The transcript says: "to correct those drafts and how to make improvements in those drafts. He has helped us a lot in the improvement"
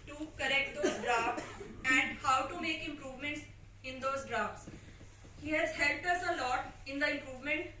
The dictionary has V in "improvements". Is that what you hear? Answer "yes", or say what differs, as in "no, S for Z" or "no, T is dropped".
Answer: yes